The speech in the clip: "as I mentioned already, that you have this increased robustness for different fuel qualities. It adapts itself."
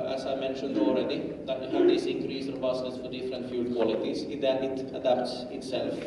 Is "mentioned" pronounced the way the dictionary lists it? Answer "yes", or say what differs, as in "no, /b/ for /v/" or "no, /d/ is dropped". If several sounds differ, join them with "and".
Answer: yes